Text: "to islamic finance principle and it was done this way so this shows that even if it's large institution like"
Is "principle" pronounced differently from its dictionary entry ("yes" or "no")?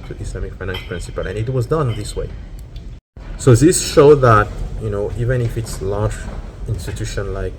no